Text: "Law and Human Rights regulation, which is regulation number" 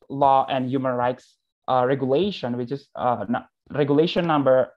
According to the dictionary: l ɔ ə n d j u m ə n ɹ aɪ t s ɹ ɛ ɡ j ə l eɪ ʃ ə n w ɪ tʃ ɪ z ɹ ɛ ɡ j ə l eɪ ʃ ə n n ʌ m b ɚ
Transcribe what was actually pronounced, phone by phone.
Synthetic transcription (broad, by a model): l ɔ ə n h j u m ə n ɹ aɪ t s ɹ ɛ ɡ j ə l eɪ ʃ ə n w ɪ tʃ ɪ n ɹ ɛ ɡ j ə l eɪ ʃ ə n n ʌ m b ɚ